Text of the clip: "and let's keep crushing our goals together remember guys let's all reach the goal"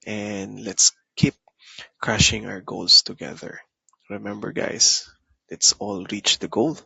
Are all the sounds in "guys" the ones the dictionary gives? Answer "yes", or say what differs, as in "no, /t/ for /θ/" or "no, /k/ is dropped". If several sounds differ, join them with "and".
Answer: no, /s/ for /z/